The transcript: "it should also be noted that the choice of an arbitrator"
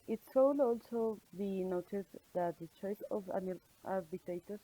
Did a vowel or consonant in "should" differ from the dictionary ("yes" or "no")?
yes